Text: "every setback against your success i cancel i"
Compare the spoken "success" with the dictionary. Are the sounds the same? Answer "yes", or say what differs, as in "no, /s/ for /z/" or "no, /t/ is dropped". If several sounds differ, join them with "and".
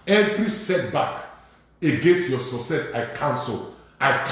no, /k/ is dropped